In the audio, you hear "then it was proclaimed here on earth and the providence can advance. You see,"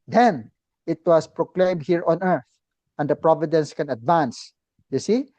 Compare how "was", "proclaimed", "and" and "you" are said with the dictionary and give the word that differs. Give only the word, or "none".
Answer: was